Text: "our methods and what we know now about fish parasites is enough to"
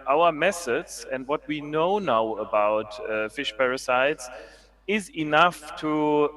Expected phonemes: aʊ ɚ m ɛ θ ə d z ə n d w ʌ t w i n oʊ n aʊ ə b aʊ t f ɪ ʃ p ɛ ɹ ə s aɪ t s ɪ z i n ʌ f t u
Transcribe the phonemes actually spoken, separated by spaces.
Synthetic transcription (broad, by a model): aʊ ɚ m ɛ s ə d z ə n d w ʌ t w i n oʊ n aʊ ə b aʊ t f ɪ ʃ p ɛ ɹ ə s aɪ t s ɪ z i n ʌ f t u